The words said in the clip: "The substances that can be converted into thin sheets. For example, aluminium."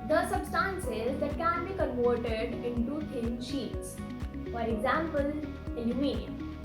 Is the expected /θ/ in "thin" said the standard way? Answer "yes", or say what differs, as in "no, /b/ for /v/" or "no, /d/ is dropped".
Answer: no, /t/ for /θ/